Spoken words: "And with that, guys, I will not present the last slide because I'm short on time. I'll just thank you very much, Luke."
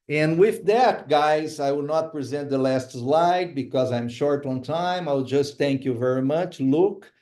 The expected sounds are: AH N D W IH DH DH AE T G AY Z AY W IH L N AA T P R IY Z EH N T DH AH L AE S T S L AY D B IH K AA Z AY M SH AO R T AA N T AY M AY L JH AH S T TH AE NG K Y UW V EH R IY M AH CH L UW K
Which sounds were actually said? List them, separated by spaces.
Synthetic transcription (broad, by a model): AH N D W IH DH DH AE T G AY Z AY W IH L N AA T P R IY Z EH N T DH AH L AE S T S L AY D B IH K AA Z AY M SH AO R T AA N T AY M AY W JH AH S T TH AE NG K Y UW V EH R IY M AH CH L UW K